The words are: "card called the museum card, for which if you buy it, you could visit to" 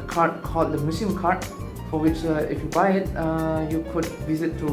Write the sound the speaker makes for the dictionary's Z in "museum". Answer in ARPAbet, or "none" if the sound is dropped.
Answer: S